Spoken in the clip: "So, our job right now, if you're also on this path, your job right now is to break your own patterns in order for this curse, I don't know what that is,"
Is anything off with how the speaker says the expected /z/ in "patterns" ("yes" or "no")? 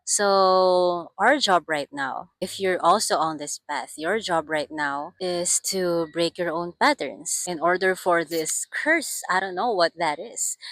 yes